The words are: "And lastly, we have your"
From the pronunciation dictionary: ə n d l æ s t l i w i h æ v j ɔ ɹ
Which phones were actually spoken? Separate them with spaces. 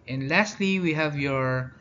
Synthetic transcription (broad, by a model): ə n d l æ s t l i w i h æ v j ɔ ɹ